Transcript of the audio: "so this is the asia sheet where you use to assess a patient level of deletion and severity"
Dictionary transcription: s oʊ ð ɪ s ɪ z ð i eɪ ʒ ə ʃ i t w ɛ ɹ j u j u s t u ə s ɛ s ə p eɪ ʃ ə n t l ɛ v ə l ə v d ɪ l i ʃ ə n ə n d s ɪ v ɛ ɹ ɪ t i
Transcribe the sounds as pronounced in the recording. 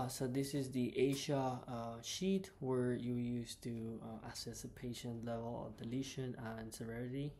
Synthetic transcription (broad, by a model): s oʊ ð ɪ s ɪ z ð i eɪ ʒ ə ʃ i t w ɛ ɹ j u j u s t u ə s ɛ s ə p eɪ ʃ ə n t l ɛ v ə l ə v d ɪ l i ʃ ə n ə n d s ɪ v ɛ ɹ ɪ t i